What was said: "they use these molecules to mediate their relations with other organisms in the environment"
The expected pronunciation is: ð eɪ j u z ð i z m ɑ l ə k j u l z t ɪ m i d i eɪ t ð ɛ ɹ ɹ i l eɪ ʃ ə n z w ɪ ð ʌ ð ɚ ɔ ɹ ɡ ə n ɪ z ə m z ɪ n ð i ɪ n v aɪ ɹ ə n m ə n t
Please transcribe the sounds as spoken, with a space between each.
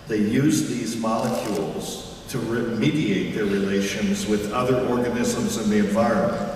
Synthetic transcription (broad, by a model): ð eɪ j u z ð i z m ɑ l ə k j u l z t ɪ m i d i eɪ t ð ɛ ɹ ɹ i l eɪ ʃ ə n z w ɪ ð ʌ ð ɚ ɔ ɹ ɡ ə n ɪ z ə m z ɪ n ð i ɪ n v aɪ ɹ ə n m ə n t